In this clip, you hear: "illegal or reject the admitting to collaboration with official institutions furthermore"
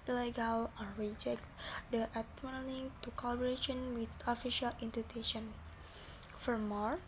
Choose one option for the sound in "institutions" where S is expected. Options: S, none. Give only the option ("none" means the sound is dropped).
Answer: none